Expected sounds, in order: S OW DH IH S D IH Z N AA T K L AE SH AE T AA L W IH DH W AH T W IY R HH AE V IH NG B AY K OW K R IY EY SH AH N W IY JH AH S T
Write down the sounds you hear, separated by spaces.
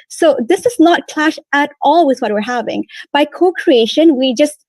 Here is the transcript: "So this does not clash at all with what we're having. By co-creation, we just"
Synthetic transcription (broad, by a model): S OW DH IH S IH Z N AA T K L AE SH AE T AA L W IH DH W AH T W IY R HH AE V IH NG B AY K OW K R IY EY SH AH N W IY JH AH S T